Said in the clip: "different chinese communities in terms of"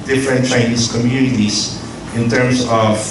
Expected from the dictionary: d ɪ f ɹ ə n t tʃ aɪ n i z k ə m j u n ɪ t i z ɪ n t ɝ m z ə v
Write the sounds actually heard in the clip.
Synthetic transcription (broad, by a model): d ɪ f ɹ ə n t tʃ aɪ n i s k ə m j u n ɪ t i s ɪ n t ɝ m s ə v